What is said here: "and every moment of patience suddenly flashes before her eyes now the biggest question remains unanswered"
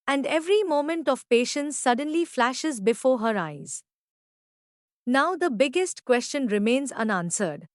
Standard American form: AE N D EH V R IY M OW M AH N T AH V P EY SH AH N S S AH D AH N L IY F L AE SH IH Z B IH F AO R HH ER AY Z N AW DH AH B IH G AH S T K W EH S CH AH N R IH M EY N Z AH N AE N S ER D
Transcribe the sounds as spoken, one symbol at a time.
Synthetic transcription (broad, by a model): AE N D EH V R IY M OW M AH N T AH V P EY SH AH N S S AH D AH N L IY F L AE SH IH Z B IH F AO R HH ER AY Z N AW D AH B IH G AH S T K W EH S CH AH N R IH M EY N Z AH N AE N S ER D